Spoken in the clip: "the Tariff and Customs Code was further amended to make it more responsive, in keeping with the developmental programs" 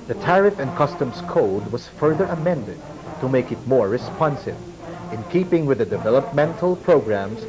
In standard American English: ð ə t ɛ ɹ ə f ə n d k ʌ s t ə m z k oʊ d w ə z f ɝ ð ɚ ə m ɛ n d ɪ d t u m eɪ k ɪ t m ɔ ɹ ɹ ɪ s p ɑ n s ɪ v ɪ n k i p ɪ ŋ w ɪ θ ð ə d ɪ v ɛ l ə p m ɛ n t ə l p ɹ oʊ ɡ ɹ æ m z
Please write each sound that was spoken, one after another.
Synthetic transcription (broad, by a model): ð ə t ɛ ɹ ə f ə n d k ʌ s t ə m s k oʊ d w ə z f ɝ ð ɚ ə m ɛ n d ɪ d t u m eɪ k ɪ t m ɔ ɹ ɹ ɪ s p ɑ n s ɪ v ɪ n k i p ɪ ŋ w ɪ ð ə d ɪ v ɛ l ə p m ɛ n t ə l p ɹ oʊ ɡ ɹ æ m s